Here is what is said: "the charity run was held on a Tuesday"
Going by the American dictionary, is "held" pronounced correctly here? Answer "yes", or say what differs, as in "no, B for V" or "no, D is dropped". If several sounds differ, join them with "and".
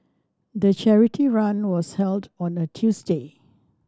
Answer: yes